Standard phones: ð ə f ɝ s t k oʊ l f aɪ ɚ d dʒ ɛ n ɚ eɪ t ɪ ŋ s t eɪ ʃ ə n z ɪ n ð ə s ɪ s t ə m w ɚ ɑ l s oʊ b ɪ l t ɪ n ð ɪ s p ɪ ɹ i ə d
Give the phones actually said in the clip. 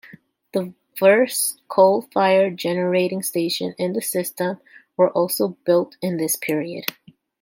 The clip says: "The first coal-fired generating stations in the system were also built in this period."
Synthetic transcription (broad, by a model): ð ə f ɝ s k oʊ l f aɪ ɚ dʒ ɛ n ɚ eɪ t ɪ ŋ s t eɪ ʃ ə n ɪ n ð ə s ɪ s t ə m w ɚ ɑ l s oʊ b ɪ l t ɪ n ð ɪ s p ɪ ɹ i ə d